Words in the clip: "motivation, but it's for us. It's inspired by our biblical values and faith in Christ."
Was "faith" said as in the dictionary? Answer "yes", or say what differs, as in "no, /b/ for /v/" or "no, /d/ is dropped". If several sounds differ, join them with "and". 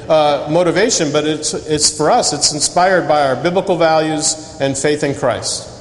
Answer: yes